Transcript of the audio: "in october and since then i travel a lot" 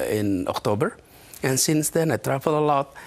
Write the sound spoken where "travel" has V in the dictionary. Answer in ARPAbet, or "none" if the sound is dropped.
F